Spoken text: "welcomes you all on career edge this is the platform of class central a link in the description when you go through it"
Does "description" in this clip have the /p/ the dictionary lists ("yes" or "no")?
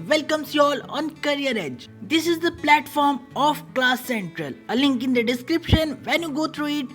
yes